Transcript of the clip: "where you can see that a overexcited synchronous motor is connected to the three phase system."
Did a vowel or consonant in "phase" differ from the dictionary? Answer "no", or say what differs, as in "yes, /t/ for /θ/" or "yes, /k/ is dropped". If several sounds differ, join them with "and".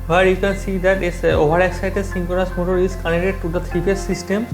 yes, /p/ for /f/